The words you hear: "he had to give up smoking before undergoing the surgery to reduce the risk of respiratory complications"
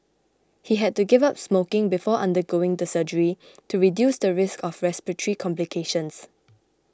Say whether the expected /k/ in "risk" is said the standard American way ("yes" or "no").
yes